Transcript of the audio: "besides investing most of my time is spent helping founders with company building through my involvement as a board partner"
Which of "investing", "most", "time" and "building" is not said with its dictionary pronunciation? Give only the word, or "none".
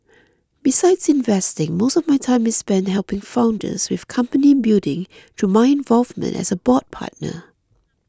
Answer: building